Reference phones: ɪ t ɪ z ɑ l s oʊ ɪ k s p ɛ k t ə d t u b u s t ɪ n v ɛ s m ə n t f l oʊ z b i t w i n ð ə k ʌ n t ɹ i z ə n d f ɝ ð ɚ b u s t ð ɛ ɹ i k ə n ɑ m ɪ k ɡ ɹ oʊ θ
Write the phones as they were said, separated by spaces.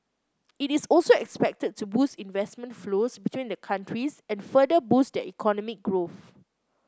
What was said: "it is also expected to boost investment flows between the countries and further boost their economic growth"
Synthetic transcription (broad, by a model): ɪ t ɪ s ɑ l s oʊ ɪ k s p ɛ k t ə d t u b u s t ɪ n v ɛ s m ə n t f l oʊ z b i t w i n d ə k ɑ n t ɹ i s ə n f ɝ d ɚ b u s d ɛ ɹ i k ə n ɑ m ɪ k ɡ ɹ oʊ θ